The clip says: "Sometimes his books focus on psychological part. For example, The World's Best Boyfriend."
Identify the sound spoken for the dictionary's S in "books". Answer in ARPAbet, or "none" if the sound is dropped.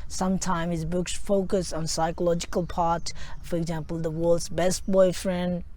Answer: S